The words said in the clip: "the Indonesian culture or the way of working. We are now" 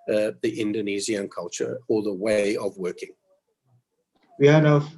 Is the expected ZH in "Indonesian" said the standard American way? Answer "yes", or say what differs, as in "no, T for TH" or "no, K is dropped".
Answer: no, Z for ZH